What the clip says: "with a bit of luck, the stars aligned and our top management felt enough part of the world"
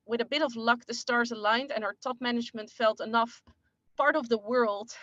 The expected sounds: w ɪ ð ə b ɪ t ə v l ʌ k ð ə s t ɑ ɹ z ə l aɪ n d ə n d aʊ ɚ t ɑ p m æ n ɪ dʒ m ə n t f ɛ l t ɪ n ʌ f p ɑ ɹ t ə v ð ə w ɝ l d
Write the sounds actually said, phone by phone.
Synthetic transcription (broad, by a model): w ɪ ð ə b ɪ t ə v l ʌ k ð ə s t ɑ ɹ z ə l aɪ n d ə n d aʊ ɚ t ɑ p m æ n ɪ dʒ m ə n t f ɛ l t ɪ n ʌ f p ɑ ɹ t ə v ð ə w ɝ l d